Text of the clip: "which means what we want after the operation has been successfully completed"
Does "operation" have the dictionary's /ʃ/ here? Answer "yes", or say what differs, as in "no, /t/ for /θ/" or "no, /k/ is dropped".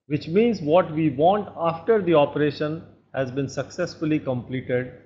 yes